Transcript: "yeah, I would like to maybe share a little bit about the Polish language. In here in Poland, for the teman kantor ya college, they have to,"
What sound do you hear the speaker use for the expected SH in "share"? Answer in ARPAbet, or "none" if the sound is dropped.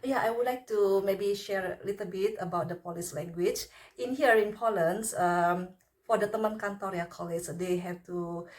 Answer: SH